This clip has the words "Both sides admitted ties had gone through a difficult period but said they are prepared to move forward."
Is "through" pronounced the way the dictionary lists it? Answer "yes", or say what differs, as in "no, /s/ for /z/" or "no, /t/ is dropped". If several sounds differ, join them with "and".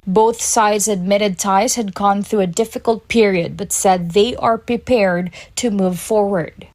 yes